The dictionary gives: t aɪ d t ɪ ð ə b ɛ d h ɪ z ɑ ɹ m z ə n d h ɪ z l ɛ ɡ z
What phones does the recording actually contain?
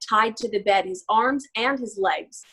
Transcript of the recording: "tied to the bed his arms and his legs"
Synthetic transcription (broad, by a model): t aɪ d t ɪ ð ə b ɛ d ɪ z ɑ ɹ m z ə n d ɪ z l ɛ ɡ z